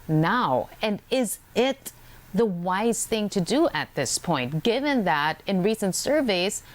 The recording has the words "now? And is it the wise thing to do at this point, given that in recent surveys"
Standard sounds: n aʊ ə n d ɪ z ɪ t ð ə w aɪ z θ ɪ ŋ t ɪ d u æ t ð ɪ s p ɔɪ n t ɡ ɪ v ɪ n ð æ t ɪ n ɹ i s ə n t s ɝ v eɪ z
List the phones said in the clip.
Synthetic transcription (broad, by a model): n aʊ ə n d ɪ z ɪ t ð ə w aɪ z θ ɪ ŋ t ɪ d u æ t ð ɪ s p ɔɪ n t ɡ ɪ v ɪ n ð æ t ɪ n ɹ i s ə n t s ɝ v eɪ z